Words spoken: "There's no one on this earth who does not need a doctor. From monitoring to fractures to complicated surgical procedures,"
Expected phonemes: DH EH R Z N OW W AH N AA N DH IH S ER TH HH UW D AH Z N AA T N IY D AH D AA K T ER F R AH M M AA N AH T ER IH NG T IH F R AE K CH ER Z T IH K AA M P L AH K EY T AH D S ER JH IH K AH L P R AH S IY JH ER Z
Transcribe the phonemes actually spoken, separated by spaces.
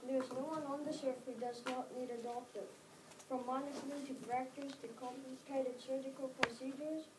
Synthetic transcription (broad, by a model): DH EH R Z N OW W AH N AA N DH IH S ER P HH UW D AH Z N AA T N IY D AH D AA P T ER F R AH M M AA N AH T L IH T IH P R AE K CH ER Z T IH K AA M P AH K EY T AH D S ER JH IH K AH L P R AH S IY JH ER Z